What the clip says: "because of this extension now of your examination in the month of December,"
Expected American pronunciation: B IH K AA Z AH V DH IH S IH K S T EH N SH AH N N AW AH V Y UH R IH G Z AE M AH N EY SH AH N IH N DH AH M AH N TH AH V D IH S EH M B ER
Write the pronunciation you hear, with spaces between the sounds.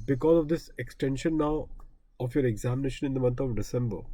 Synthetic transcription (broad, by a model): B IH K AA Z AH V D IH S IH K S T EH N SH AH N N AW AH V Y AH R IH G Z AE M AH N EY SH AH N IH N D AH M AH N T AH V D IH S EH M B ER